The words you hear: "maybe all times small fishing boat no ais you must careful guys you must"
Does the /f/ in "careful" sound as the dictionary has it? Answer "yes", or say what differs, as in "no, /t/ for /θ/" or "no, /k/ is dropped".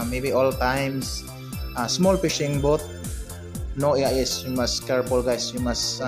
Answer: no, /p/ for /f/